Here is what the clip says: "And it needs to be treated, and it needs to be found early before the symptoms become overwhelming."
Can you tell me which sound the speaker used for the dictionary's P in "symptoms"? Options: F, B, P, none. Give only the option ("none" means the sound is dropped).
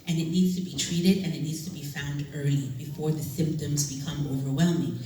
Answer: P